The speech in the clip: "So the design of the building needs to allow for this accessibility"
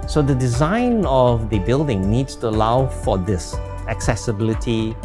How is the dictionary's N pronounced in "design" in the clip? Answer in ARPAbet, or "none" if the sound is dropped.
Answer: N